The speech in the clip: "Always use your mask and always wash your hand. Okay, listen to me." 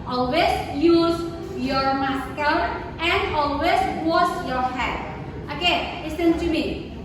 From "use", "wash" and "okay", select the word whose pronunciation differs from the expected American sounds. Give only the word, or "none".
wash